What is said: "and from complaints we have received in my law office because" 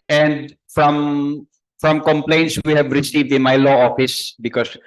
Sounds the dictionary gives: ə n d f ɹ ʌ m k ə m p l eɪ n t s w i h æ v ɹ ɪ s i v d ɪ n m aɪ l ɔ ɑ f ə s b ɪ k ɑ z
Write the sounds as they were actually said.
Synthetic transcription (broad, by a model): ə n d f ɹ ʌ m k ə m p l eɪ n t s w i h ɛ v ɹ ɪ s i v d ɪ n m aɪ l ɔ ɑ f ə s b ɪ k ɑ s